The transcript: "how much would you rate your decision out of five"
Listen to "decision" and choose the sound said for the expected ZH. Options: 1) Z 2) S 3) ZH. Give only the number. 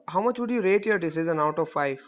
1